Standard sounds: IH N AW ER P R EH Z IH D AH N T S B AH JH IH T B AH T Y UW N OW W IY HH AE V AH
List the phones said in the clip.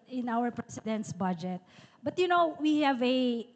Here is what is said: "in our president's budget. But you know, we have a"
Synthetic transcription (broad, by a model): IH N AW ER P R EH S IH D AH N T S B AH JH IH T B AH T Y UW N OW W IY HH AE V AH